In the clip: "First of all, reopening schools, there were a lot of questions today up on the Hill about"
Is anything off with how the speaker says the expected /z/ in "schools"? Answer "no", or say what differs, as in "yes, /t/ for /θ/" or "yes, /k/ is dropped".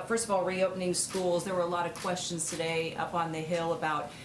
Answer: no